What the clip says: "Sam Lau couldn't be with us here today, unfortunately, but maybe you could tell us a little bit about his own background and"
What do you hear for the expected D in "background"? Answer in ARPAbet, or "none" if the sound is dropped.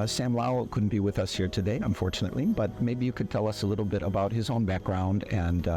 D